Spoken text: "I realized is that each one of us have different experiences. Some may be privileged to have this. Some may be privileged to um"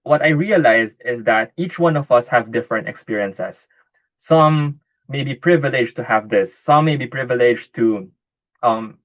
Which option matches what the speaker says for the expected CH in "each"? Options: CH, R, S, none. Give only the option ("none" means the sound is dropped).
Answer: CH